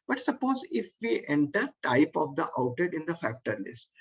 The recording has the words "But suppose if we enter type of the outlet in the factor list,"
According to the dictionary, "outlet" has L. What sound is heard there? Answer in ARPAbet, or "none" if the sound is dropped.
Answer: none